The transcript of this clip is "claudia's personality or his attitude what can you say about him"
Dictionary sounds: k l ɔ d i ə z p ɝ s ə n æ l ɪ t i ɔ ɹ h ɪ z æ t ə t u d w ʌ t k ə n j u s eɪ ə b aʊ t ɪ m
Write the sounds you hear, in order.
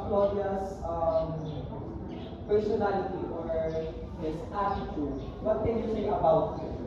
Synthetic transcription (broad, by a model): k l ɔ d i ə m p ɝ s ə n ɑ l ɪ t i ɔ ɹ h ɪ s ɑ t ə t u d w ʌ t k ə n j u s eɪ ə b aʊ t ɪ